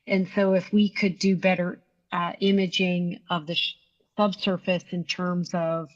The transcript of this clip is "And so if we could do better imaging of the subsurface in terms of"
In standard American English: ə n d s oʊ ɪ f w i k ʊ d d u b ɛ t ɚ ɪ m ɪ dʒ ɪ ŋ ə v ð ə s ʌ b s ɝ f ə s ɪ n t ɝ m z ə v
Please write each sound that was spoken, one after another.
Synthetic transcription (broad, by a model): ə n s oʊ ɪ f w i k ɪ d d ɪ b ɛ t ɚ ɪ m ɪ dʒ ɪ ŋ ə v ð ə s ʌ b s ɝ f ə s ɪ n t ɝ m z ə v